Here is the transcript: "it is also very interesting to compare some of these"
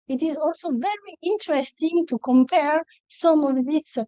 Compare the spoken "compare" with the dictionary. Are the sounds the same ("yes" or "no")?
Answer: yes